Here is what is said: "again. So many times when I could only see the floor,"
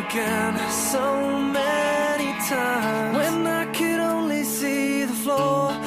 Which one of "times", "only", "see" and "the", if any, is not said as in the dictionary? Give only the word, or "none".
times